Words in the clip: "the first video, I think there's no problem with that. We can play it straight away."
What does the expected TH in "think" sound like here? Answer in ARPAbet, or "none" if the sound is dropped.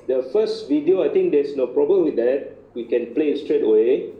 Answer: T